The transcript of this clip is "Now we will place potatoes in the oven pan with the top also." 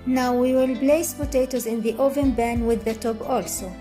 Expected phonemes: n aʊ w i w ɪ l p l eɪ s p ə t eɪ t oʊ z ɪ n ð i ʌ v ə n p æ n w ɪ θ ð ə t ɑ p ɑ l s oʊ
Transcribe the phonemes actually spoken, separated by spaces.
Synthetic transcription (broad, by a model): n aʊ w i w ɪ l b l eɪ s p ə t eɪ t oʊ z ɪ n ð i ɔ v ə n b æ n w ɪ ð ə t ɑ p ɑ l s oʊ